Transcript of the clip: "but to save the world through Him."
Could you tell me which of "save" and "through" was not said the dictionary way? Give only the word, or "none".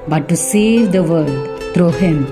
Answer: through